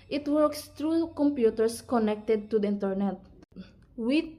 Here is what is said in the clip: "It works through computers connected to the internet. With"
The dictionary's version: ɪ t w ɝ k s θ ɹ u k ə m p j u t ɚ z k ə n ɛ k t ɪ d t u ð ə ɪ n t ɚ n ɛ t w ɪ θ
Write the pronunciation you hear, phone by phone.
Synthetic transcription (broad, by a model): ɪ t w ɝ k s t ɹ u k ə m p j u t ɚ s k ə n ɛ k t ɪ d t u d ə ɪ n t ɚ n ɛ t w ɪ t